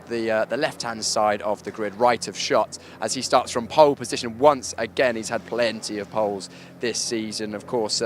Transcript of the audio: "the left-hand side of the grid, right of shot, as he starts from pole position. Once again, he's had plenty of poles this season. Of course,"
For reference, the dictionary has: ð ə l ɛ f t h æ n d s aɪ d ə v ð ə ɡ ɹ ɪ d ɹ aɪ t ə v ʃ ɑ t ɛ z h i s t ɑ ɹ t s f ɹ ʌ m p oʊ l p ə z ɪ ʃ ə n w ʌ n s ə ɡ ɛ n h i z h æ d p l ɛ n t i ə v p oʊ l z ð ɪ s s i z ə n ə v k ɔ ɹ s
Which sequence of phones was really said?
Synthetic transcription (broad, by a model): ð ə l ɛ f t h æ n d s aɪ d ə v ð ə ɡ ɹ ɪ d ɹ aɪ t ə v ʃ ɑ t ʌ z i s t ɑ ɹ t s f ɹ ʌ m p oʊ l p ə z ɪ ʃ ə n w ʌ n s ə ɡ ɛ n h i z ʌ d p l ɛ n t i ə v p oʊ l z ð ɪ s s i z ə n ə v k ɔ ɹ s